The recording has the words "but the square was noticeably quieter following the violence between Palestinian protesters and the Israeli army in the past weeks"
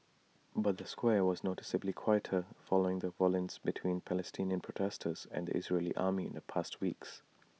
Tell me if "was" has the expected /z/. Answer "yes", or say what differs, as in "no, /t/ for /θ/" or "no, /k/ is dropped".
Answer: yes